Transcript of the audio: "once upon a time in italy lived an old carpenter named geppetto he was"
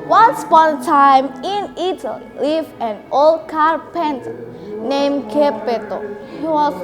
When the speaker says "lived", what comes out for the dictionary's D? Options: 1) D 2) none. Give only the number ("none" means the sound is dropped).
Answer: 2